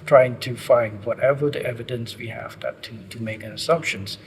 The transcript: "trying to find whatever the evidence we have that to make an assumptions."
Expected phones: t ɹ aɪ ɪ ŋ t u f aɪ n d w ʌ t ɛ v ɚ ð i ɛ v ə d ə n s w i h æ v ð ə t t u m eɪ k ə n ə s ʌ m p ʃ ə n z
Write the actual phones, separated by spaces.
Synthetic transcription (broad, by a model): t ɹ aɪ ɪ ŋ t u f aɪ n d w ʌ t ɛ v ɚ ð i ɛ v ə d ə n s w i h æ v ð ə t t u m eɪ k ə n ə s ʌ m p ʃ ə n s